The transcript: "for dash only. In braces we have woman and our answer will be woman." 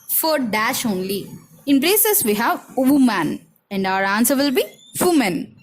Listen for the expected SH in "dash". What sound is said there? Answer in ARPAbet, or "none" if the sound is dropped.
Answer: SH